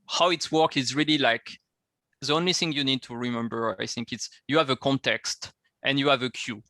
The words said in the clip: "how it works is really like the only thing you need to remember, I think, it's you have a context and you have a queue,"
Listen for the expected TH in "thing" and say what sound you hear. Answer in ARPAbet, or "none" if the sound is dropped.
TH